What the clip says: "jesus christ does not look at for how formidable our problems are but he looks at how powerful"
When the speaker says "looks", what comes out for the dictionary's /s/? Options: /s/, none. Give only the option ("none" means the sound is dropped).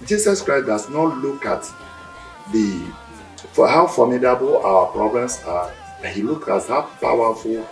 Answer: none